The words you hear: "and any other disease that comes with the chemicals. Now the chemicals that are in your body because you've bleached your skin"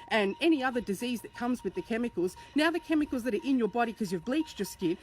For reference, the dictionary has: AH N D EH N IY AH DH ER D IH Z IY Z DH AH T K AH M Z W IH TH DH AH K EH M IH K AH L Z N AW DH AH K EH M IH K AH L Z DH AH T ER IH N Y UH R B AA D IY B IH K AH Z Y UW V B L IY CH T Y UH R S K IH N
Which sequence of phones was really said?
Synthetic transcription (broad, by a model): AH N EH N IY AH DH ER D IH Z IY Z DH AH T K AH M Z W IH DH AH K EH M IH K L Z N AW DH AH K EH M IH K L Z DH AH T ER IH N Y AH R B AA D IY K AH Z Y UW V B L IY CH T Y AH R S K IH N